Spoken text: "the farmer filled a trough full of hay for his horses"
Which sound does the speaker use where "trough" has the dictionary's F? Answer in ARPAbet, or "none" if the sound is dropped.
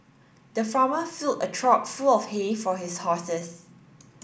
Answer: P